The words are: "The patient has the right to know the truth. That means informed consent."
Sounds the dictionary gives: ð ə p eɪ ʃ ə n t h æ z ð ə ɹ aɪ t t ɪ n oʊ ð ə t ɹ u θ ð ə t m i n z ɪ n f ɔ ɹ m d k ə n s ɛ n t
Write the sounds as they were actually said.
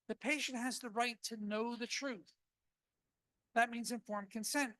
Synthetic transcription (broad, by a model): ð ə p eɪ ʃ ə n t h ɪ z ð ə ɹ aɪ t t ɪ n oʊ ð ə t ɹ u θ ð ə t m i n z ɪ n f ɔ ɹ m k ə n s ɛ n t